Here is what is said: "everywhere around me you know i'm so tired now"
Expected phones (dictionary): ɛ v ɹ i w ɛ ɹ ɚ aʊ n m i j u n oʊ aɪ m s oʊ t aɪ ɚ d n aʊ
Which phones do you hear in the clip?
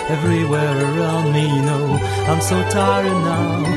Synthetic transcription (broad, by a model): ɛ v ɹ i w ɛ ɹ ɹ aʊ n m i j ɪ n oʊ aɪ m s oʊ t aɪ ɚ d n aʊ